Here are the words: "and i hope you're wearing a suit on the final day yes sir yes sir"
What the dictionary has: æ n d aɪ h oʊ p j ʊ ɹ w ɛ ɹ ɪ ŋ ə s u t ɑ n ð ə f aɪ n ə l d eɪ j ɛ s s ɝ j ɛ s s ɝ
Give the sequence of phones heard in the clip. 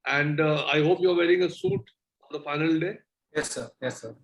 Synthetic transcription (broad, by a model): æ n d aɪ h oʊ p j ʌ ɹ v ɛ ɹ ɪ ŋ ə s u t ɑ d ə f aɪ n ə l d eɪ j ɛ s s ɝ j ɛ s s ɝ